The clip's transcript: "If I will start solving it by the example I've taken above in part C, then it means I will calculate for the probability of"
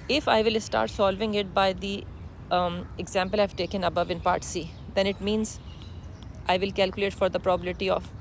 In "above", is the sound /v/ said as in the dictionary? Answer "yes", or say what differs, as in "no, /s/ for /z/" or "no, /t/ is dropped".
yes